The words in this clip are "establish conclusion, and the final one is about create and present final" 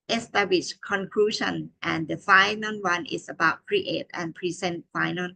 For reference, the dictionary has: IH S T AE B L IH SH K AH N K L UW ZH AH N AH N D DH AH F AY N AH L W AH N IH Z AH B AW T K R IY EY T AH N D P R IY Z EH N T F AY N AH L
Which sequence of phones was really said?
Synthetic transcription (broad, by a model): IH S T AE B L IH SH K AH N K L UW SH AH N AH N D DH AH F AY N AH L W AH N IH S AH B AW T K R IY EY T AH N P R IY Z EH N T F AY N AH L